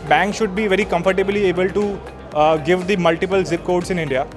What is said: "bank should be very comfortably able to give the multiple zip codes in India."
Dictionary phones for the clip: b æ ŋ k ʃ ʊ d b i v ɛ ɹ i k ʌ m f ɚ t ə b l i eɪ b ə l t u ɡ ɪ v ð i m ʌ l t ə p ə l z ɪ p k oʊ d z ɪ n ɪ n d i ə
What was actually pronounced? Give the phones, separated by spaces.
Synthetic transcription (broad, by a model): b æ ŋ k ʃ ʊ d b i v ɛ ɹ i k ʌ m f ɚ t ə b l i eɪ b ə l t u ɡ ɪ v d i m ʌ l t ə p ə l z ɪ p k oʊ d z ɪ n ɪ n d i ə